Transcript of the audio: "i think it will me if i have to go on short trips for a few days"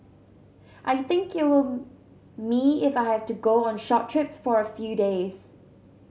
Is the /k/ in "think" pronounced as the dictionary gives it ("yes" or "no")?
yes